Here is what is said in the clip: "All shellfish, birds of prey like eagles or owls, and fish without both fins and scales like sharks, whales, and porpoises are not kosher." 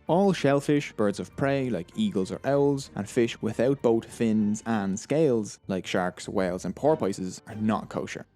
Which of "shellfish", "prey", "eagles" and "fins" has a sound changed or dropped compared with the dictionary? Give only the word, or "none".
none